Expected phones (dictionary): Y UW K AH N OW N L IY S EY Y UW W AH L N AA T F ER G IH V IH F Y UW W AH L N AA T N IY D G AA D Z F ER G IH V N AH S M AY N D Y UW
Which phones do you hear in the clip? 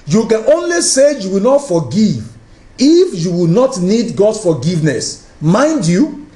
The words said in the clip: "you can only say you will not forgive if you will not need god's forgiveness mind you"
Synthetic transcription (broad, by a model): Y UW K AH N OW N L IY S EY Y UW W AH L N AA T F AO G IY V IH F Y UW W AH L N AA T N IY D G AA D S F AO G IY V N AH S M AY N D Y UW